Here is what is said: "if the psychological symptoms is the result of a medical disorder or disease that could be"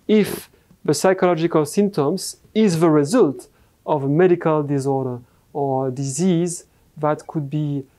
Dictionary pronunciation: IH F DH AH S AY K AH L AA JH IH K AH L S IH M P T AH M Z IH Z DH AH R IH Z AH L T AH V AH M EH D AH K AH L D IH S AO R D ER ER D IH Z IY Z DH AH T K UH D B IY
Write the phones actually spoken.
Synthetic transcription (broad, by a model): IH F DH AH S AY K AH L AA JH IH K AH L S IH M P T AH M Z IH Z DH AH R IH Z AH L T AH V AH M EH D AH K AH L D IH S AO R D ER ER D IH Z IY Z DH AH T K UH D B IY